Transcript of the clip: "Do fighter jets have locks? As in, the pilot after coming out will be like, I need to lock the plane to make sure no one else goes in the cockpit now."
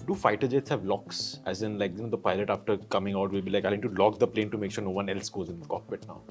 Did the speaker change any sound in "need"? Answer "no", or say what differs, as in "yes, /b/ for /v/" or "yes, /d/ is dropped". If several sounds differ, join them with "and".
yes, /l/ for /n/